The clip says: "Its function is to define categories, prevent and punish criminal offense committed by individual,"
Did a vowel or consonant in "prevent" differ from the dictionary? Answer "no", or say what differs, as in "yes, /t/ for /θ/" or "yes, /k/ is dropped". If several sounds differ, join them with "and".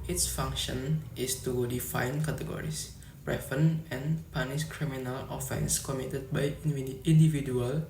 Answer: yes, /f/ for /v/ and /t/ is dropped